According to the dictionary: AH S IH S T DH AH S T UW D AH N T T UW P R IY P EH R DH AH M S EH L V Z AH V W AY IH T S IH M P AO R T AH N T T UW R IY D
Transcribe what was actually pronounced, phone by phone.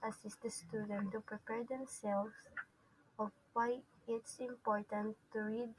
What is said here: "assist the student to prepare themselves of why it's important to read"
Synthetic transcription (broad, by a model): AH S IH S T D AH S T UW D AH N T T UW P R IY P EH R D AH M S EH L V S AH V W AY IH T S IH M P AO R T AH N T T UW R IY D